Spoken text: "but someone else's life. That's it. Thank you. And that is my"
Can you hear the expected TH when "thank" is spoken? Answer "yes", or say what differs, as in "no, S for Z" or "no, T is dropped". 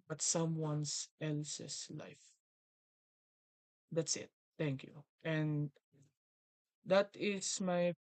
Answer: no, T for TH